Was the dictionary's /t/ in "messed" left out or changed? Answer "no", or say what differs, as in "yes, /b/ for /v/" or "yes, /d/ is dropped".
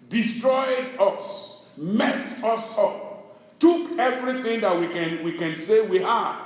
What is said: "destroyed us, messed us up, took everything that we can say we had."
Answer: no